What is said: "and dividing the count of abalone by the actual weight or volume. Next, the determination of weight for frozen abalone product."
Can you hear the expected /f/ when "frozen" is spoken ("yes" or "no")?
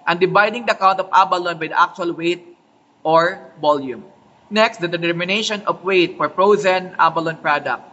no